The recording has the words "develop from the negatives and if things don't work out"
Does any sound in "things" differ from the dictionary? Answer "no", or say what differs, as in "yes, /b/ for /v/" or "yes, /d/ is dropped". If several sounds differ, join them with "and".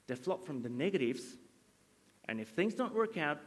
no